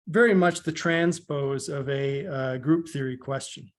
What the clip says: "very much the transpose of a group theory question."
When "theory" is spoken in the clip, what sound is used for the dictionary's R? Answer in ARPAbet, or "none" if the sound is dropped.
R